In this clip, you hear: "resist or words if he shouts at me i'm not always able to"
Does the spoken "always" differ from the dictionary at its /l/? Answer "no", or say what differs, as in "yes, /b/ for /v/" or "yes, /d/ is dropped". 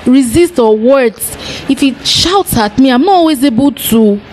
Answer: yes, /l/ is dropped